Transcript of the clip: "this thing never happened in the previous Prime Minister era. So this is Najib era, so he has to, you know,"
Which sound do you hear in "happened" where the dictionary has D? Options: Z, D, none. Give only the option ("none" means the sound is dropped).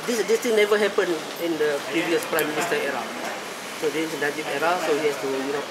none